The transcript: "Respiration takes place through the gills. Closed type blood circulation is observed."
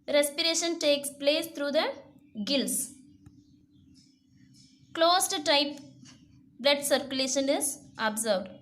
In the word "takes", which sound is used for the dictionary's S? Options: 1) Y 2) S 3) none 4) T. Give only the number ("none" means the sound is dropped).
2